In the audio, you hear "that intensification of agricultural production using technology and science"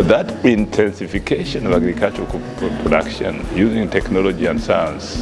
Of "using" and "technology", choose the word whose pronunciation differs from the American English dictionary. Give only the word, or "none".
none